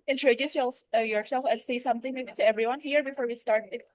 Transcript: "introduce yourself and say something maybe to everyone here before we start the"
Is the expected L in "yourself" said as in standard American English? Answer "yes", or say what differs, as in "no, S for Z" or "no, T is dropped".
yes